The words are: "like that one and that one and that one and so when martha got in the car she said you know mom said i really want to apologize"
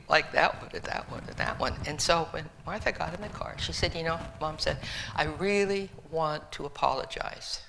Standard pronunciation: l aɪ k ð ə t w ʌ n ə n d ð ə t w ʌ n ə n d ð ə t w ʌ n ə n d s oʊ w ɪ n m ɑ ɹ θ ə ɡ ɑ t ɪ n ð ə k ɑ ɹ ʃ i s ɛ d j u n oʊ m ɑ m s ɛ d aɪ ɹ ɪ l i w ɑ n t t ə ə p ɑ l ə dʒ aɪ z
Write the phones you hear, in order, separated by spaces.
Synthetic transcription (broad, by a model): l aɪ k ð ə t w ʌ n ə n ð ə t w ʌ n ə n ð ə t w ʌ n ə n s oʊ w ɪ n m ɑ ɹ θ ə ɡ ɑ t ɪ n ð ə k ɑ ɹ ʃ i s ɛ d j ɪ n oʊ m ɑ m s ɛ d aɪ ɹ ɪ l i w ɑ n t t ə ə p ɑ l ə dʒ aɪ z